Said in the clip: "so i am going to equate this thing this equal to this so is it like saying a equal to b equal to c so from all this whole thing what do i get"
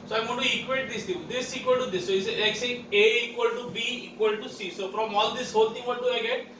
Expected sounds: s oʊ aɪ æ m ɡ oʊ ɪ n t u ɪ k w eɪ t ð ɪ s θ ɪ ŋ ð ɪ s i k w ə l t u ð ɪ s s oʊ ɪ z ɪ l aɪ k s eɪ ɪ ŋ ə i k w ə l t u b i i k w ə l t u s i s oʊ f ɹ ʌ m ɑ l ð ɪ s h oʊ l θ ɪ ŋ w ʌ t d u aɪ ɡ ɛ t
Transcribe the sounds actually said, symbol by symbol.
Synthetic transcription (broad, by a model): s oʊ aɪ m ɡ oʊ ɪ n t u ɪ k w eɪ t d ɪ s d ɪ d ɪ s i k w ə l t u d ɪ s s oʊ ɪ s ɪ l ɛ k s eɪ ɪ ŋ ə i k w ə l t u b i i k w ə l t u s i s oʊ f ɹ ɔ m ɑ l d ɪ s h oʊ l t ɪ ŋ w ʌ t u aɪ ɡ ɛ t